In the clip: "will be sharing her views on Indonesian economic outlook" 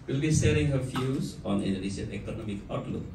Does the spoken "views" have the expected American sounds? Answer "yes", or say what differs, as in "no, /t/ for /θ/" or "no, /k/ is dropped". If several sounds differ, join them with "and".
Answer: no, /f/ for /v/